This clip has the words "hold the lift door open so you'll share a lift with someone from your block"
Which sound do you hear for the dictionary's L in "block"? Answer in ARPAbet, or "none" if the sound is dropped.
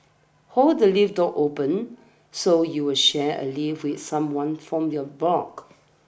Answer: none